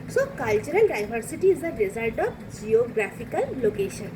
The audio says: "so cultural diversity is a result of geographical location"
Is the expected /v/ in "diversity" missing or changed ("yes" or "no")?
yes